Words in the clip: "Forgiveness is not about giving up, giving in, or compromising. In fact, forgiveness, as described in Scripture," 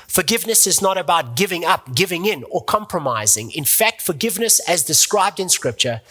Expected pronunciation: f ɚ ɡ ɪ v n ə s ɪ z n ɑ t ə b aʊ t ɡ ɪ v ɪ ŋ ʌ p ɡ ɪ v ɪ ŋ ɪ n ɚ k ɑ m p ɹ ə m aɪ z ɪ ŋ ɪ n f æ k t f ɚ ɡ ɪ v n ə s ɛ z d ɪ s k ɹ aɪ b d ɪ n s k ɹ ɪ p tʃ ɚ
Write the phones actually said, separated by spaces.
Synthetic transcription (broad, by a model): f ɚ ɡ ɪ v n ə s ɪ z n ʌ t ə b aʊ t ɡ ɪ v ɪ ŋ ʌ p ɡ ɪ v ɪ ŋ ɪ n ɚ k ɑ m p ɹ ə m aɪ z ɪ ŋ ɪ n f æ k t f ɚ ɡ ɪ v n ə s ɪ z d ɪ s k ɹ aɪ b d ɪ n s k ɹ ɪ p tʃ ɚ